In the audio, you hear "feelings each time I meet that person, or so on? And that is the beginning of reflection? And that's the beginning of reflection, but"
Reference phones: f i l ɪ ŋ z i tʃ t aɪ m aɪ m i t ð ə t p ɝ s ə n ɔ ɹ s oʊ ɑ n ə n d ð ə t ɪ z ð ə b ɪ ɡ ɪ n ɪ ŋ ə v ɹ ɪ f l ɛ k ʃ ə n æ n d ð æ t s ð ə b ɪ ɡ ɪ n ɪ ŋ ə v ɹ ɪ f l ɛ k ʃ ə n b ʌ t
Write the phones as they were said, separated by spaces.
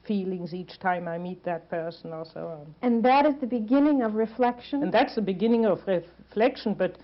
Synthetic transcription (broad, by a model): f i l ɪ ŋ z i tʃ t aɪ m aɪ m i t ð ə t p ɝ s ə n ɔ l s oʊ ɑ n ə n ð ə t ɪ z ð ə b ɪ ɡ ɪ n ɪ ŋ ə v ɹ ɪ f l ɛ k ʃ ə n n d ð æ t s ð ə b ɪ ɡ ɪ n ɪ ŋ ə v ɹ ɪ f l ɛ k ʃ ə n b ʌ t